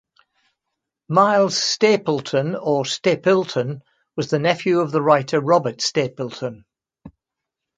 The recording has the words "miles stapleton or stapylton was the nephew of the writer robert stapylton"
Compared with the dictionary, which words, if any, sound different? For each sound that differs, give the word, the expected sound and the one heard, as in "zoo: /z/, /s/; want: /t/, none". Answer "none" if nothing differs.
none